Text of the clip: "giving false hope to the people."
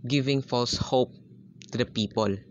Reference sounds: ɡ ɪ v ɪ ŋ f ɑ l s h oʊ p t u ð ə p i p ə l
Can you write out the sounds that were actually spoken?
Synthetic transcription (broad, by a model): ɡ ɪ v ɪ ŋ f ɑ l s h oʊ p t u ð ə p i p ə l